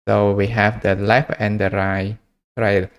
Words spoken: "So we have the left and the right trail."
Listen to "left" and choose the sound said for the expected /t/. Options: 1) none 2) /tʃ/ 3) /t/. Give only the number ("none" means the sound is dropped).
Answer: 1